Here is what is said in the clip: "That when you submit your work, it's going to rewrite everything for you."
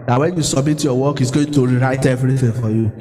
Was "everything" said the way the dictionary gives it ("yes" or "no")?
no